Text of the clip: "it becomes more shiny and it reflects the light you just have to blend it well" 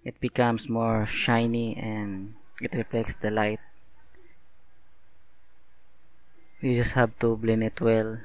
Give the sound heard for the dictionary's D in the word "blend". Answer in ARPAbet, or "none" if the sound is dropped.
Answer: none